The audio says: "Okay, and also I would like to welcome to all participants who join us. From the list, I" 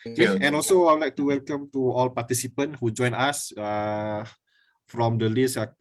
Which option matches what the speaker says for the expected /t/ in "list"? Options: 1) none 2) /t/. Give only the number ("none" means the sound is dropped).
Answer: 1